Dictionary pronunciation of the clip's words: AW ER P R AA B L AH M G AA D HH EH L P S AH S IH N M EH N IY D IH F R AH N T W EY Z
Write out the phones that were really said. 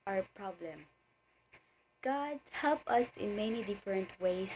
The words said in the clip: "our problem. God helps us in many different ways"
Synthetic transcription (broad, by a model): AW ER P R AA B L AH M G AA D HH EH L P AH S IH N M EH N IY D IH F R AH N T W EY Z